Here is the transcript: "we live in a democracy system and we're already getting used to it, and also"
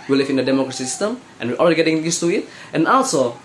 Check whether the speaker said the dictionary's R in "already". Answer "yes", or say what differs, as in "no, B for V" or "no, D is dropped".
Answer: no, L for R